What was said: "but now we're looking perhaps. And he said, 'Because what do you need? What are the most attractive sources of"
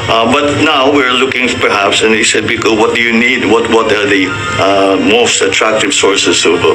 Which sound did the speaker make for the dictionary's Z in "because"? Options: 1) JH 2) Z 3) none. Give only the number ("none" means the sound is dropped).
3